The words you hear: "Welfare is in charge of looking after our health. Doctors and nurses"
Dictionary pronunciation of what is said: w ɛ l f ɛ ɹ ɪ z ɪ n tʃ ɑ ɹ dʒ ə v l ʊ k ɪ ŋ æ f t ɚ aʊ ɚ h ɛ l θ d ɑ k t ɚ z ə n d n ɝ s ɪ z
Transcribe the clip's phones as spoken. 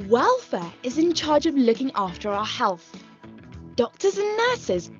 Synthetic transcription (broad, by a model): w ɛ l f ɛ ɹ ɪ z ɪ n tʃ ɑ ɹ dʒ ə v l ʊ k ɪ ŋ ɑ f t ɚ aʊ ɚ h ɛ l θ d ɑ k t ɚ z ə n n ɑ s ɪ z